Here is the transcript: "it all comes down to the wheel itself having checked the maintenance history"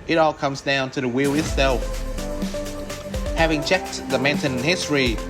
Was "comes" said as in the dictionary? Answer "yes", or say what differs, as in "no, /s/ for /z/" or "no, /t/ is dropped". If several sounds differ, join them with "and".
yes